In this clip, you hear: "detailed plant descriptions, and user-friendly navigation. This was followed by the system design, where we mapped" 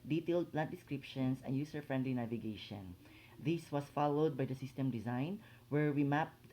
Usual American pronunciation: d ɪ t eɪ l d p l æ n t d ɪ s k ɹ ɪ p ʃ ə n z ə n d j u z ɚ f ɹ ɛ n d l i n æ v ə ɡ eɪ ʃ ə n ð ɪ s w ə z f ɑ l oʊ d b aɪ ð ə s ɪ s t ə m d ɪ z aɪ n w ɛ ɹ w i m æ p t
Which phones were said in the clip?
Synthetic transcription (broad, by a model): d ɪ t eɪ l d p l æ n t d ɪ s k ɹ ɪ p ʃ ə n s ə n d j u s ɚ f ɹ ɛ n d l i n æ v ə ɡ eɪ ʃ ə n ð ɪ s w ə s f ɑ l oʊ d b aɪ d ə s ɪ s t ə m d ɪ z aɪ n w ɛ ɹ w i m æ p